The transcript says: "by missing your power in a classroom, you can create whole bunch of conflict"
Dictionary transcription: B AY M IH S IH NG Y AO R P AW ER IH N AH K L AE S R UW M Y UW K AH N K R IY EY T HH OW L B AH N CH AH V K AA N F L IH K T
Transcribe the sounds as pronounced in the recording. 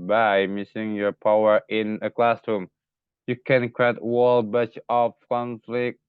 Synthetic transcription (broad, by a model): B AY M IH S IH NG Y AO R P AW ER IH N AH K L AE S R UW M Y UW K AH N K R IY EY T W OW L B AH CH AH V K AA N F L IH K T